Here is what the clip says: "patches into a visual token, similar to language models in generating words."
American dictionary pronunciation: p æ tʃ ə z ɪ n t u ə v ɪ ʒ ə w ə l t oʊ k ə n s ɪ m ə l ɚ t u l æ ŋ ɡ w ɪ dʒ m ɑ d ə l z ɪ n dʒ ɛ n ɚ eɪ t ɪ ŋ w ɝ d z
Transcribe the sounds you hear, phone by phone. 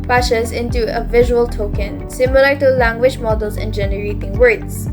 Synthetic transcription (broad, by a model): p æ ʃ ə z ɪ n t u ə v ɪ ʒ ə w ə l t oʊ k ə n s ɪ m ə l ɚ t u l æ ŋ ɡ w ɪ dʒ m ɑ d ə l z ɪ n dʒ ɛ n ɚ eɪ t ɪ ŋ w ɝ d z